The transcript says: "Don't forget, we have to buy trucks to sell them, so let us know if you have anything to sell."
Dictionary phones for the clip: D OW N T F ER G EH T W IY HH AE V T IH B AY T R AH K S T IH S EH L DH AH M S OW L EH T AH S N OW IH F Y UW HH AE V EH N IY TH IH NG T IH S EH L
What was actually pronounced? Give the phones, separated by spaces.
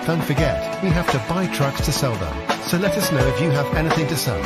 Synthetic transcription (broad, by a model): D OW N T F ER G EH T W IY HH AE F T IH B AY T R AH K S T IH S EH L DH AH M S OW L EH T AH S N OW IH F Y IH V EH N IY TH IH NG T IH S EH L